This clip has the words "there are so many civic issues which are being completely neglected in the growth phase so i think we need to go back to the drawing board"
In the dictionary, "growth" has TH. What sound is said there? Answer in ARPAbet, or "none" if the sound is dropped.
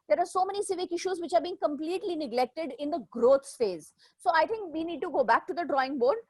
S